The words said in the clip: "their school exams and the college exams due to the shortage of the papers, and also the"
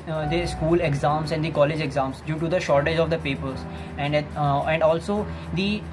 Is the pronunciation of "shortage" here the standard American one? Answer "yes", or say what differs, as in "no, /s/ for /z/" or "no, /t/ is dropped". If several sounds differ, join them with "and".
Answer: yes